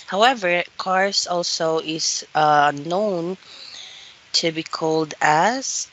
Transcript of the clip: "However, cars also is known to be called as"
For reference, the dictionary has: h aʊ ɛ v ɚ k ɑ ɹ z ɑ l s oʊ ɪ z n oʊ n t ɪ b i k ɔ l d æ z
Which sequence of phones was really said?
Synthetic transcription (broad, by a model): h aʊ ɛ v ɚ k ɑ ɹ s ɑ l s oʊ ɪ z n oʊ n t ɪ b i k ɔ l d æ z